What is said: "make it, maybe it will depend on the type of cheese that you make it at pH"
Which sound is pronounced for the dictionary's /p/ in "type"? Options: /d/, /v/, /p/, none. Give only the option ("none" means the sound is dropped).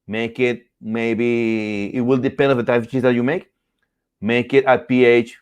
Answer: none